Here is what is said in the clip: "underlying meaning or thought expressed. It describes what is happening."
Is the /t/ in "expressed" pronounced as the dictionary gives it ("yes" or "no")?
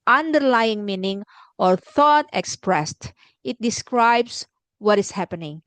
yes